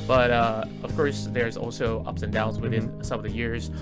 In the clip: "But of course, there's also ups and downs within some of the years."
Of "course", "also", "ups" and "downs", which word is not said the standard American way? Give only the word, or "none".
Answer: none